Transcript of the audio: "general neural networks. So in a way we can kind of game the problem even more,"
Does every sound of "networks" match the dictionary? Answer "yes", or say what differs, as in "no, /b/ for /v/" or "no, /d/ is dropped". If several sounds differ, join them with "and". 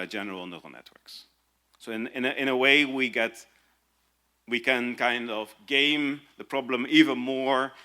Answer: yes